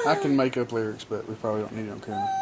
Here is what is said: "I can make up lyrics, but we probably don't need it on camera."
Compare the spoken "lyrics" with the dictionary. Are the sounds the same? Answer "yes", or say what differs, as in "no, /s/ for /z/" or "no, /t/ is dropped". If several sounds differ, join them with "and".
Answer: yes